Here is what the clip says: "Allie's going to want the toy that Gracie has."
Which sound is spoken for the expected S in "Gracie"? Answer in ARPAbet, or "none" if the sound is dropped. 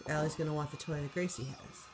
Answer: S